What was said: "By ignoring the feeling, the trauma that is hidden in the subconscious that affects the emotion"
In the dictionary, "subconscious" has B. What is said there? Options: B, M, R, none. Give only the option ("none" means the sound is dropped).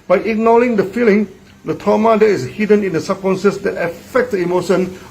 none